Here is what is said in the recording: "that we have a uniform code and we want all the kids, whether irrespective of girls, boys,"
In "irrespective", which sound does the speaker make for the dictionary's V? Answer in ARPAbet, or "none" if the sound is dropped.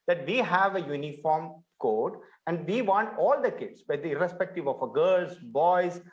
V